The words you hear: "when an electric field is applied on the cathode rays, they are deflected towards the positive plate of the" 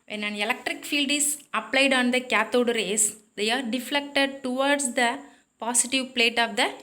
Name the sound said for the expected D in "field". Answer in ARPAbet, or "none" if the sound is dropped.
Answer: D